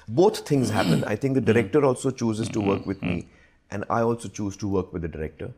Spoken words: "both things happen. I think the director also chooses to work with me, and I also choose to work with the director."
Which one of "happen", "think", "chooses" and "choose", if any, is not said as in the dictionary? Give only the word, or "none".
think